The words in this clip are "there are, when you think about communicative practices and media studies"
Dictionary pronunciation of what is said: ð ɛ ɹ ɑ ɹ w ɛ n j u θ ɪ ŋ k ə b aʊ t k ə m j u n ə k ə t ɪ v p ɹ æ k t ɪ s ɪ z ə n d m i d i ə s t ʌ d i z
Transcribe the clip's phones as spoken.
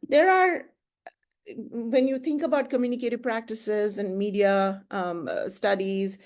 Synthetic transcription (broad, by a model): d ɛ ɹ ɑ ɹ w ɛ n j u t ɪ ŋ k ə b aʊ t k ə m j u n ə k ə t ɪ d p ɹ æ k t ɪ s ɪ z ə n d m i d i ə s t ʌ d i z